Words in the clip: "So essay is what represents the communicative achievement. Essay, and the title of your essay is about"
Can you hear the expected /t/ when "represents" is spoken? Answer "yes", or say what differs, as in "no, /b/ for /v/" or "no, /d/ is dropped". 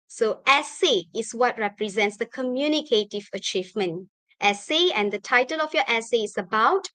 yes